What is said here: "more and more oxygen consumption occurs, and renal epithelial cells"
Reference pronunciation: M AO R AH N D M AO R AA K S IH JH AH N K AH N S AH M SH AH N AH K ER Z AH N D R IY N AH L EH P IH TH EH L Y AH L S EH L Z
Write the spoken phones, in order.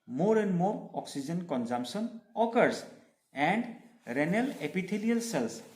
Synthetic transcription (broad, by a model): M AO R AH N D M AO R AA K S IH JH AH N K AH N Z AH M S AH N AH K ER S AH N D R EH N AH L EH P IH T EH L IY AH L S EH L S